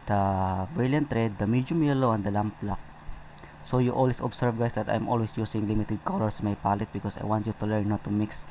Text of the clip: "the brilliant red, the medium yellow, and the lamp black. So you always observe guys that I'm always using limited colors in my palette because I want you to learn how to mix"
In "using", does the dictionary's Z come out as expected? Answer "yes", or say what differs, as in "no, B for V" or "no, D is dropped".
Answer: no, S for Z